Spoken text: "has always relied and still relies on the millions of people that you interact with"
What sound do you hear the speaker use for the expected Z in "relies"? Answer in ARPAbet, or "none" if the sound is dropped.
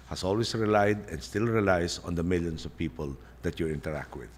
S